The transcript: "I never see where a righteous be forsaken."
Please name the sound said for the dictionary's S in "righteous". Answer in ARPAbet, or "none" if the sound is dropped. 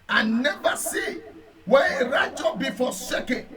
none